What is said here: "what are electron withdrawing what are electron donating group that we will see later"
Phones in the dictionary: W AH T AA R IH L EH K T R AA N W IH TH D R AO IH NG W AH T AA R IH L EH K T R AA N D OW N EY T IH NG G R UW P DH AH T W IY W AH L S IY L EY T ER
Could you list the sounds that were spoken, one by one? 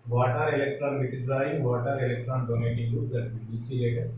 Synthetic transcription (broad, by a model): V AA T AA R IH L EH K T R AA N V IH T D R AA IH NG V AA T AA R IH L EH K T R AA N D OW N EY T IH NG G UW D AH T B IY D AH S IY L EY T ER